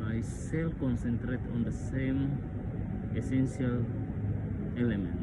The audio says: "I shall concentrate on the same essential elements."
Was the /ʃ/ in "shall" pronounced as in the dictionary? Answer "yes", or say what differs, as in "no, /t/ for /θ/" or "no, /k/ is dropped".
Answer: no, /s/ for /ʃ/